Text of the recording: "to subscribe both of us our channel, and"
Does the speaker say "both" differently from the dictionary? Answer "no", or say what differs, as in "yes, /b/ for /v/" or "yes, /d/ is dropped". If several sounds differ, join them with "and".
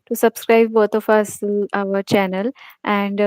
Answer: yes, /t/ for /θ/